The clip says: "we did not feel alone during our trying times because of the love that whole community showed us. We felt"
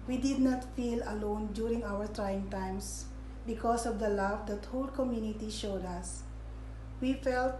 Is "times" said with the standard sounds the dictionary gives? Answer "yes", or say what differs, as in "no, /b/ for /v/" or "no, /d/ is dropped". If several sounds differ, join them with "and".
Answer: no, /s/ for /z/